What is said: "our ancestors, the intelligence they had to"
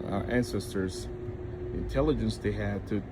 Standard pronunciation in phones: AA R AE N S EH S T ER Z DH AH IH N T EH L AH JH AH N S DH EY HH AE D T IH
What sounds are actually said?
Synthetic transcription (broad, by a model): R AE N S EH S T ER Z IH N T EH L AH JH AH N S DH EY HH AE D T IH